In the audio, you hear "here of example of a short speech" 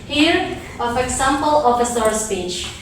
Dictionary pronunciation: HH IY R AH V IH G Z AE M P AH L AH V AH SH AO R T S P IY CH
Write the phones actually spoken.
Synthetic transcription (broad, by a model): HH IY R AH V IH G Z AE M P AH L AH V AH S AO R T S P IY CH